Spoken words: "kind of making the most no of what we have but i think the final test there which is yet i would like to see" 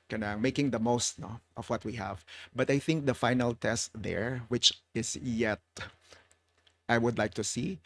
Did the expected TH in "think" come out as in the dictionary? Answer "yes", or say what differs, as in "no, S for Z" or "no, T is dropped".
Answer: yes